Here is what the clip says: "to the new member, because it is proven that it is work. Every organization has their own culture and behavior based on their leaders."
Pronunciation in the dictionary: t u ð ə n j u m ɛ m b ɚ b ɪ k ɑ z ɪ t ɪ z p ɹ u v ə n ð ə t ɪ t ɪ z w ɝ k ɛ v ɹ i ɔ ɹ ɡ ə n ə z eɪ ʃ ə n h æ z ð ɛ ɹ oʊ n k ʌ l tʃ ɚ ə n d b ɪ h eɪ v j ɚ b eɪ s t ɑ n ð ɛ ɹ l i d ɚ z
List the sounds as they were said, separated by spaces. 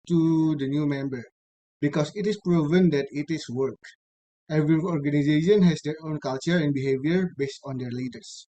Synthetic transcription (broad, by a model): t u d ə n j u m ɛ m b ɚ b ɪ k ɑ s ɪ t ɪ s p ɹ u v ə n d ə t ɪ t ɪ s w ɝ k ɛ v ɹ i ɔ ɹ ɡ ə n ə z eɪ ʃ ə n h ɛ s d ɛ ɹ oʊ n k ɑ l tʃ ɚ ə n b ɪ h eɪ v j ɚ b eɪ s t ɑ n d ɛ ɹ l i d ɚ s